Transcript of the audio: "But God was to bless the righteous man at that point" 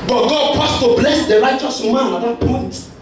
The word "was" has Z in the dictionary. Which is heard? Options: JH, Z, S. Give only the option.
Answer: S